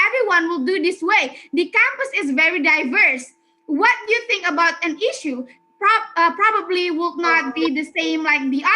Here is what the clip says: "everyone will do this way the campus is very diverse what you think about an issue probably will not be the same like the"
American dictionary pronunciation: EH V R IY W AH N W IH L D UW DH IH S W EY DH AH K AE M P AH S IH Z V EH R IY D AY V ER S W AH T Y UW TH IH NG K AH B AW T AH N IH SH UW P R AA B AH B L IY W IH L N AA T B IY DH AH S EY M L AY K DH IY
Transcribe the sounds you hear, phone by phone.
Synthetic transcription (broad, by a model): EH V R IY W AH N W IH L D UW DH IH S W EY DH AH K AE M P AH S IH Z V EH R IY D AY V ER S W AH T Y UW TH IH NG K AH B AW T AH N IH SH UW P R AA B AH B L IY W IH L N AA T B IY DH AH S EY M L AY K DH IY